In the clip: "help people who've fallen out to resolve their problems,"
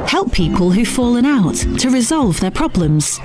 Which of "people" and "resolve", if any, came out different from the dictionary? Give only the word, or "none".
none